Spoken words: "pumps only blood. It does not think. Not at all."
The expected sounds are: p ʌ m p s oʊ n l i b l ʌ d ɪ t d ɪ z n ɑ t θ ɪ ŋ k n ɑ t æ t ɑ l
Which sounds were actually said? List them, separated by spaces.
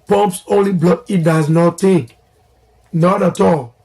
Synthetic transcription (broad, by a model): p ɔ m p s oʊ n l i b l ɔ ɪ t d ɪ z n ɑ t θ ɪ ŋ k n ɑ t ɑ t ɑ l